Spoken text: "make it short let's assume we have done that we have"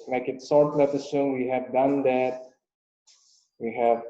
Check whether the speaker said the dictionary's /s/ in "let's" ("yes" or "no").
no